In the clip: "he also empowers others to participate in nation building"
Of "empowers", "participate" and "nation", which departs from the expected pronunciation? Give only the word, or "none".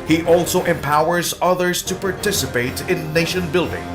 none